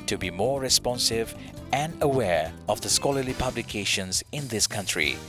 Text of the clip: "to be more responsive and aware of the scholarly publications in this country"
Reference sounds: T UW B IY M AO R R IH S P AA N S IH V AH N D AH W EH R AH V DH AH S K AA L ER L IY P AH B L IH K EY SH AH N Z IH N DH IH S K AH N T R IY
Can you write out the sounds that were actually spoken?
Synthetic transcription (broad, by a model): T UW B IY M AO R R IH S P AA N S IH V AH N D AH W EH R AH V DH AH S K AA L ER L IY P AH B L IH K EY SH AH N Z IH N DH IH S K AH N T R IY